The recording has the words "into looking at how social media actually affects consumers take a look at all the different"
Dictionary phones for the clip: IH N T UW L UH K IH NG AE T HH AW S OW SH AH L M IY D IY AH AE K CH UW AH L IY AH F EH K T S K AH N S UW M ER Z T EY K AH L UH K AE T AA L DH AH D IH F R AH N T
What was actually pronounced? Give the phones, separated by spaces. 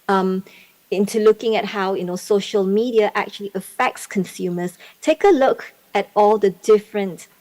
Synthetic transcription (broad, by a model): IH N T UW L UH K IH NG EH T HH AW S OW SH AH L M IY D IY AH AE K CH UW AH L IY AH F EH K T S K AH N S UW M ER S T EY K AH L UH K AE T AA L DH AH D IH F R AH N T